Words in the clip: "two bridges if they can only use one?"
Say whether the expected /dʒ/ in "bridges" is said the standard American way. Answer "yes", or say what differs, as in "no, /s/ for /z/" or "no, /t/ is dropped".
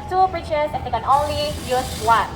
no, /tʃ/ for /dʒ/